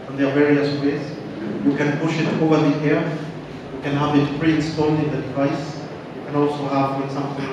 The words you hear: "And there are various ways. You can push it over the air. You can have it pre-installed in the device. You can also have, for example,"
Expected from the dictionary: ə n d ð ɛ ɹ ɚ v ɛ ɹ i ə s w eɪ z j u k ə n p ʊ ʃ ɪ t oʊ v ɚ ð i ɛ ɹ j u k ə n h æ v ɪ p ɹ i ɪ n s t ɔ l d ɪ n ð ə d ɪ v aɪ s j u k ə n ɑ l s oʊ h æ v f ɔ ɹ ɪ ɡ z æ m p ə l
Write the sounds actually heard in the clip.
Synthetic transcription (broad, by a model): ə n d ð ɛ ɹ v ɛ ɹ i ə s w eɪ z j u k ə n p ʊ ʃ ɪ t oʊ v ɚ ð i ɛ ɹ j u k ə n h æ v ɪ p ɹ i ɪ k s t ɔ n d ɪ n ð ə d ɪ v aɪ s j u k ə n ɑ l s oʊ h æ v f ɔ ɹ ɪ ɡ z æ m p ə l